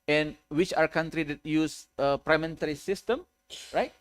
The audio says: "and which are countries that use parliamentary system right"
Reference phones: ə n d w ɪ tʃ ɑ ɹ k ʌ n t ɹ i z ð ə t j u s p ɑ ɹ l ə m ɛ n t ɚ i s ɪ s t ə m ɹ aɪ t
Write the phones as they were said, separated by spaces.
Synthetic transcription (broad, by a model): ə n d w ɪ tʃ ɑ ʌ k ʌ n t ɹ i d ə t j u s p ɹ ə m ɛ n t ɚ i s ɪ s t ə m ɹ aɪ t